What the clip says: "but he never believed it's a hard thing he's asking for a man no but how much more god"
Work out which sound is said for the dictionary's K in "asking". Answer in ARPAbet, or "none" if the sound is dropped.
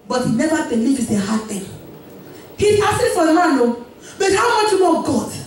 none